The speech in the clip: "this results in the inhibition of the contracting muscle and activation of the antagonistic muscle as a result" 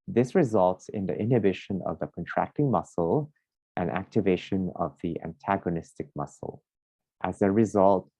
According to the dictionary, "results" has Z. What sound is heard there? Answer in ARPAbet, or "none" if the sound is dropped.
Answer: Z